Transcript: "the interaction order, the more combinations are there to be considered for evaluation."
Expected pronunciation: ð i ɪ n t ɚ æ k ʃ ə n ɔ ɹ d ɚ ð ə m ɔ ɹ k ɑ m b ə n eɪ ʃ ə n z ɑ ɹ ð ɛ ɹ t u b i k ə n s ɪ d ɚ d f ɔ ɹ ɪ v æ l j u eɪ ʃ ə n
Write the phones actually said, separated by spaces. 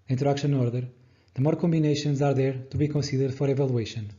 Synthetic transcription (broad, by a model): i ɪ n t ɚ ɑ k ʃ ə n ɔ ɹ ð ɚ ð ə m ɔ ɹ k ɑ m b ə n eɪ ʃ ə n z ɑ ɹ ð ɛ ɹ t u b i k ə n s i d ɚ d f ɔ ɹ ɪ v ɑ l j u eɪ ʃ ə n